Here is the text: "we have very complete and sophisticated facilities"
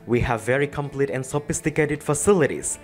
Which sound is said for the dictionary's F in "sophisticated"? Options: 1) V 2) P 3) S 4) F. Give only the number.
4